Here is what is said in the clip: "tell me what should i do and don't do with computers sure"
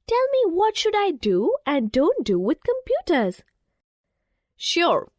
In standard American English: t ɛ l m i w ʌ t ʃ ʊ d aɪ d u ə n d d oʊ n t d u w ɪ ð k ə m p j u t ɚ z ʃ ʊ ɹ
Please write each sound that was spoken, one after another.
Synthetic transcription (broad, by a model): t ɛ l m i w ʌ t ʃ ʊ d aɪ d u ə n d d oʊ n t d u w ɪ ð k ə m p j u t ɚ z ʃ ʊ ɹ